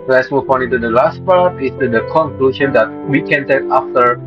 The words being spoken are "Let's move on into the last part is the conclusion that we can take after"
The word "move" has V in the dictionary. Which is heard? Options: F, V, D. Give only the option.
F